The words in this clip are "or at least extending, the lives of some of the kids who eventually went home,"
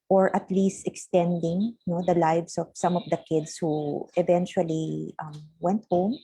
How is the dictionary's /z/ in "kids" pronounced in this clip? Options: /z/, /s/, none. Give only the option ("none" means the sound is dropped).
/s/